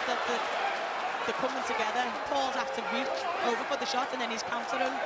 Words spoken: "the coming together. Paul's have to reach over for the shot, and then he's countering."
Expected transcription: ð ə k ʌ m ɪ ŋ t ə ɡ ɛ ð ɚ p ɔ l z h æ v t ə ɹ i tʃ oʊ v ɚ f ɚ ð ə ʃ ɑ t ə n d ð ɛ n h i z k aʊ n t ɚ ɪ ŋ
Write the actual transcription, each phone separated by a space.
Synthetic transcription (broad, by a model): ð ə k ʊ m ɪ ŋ t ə ɡ ɛ ð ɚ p ɔ l z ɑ f t ə ɹ i tʃ oʊ v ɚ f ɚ ð ə ʃ ɑ t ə n ð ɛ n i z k aʊ n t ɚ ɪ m